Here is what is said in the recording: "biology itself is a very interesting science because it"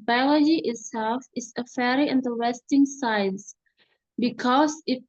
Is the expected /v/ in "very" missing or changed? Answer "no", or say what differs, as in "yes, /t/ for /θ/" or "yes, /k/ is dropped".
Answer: yes, /f/ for /v/